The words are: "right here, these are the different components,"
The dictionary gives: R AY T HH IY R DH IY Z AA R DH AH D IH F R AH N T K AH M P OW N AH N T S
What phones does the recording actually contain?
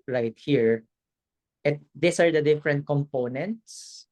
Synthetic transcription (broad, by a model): R AY T HH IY R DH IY S AA R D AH D IH F R AH N T K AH M P OW N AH N T S